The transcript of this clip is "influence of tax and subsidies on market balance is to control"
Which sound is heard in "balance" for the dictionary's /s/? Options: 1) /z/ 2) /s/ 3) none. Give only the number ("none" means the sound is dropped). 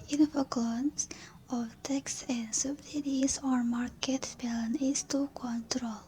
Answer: 3